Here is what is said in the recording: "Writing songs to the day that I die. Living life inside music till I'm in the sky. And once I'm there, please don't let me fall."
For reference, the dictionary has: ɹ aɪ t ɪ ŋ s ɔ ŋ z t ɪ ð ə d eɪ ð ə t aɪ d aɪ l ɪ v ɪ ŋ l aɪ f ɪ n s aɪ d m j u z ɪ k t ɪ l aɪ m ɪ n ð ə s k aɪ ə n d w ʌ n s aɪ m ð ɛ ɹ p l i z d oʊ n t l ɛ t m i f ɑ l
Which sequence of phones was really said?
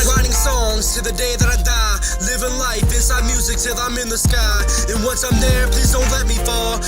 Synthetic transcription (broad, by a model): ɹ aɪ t ɪ ŋ s ɔ ŋ z t ɪ ð ə d eɪ ð ə t aɪ d aɪ l ɪ v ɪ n l aɪ f ɪ n s aɪ d m j u z ɪ k s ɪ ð aɪ m ɪ n ð ə s k aɪ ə n w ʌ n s aɪ m ð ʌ ɹ p l i z d oʊ n t l ɛ t m i f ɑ l